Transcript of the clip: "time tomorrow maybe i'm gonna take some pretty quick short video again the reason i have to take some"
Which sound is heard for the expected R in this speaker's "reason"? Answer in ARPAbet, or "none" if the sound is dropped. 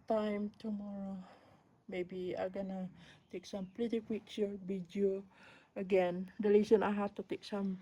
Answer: L